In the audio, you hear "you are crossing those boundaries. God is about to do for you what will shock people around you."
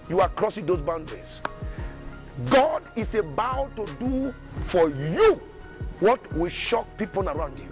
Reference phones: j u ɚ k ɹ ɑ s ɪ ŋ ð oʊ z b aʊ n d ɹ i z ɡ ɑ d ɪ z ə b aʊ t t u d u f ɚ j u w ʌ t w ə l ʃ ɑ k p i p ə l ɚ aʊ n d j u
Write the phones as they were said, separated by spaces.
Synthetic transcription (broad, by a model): j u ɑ k ɹ ɑ s ɪ ŋ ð oʊ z b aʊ n d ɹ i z ɡ ɑ d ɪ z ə b aʊ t t u d u f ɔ j u w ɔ t w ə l ʃ ɑ k p i p ə l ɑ aʊ n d j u